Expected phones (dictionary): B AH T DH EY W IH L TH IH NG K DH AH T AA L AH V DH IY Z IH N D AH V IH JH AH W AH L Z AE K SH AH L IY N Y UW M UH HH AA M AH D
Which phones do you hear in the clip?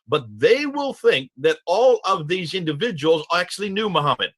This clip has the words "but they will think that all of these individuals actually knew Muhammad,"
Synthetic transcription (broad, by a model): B AH T DH EY W IH L TH IH NG K DH AH T AA L AH V DH IY Z IH N D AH V IH JH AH W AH L Z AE K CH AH L IY N Y UW M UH HH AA M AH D